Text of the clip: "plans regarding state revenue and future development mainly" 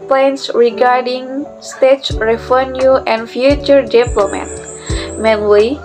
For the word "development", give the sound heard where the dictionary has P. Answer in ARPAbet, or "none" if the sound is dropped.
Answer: none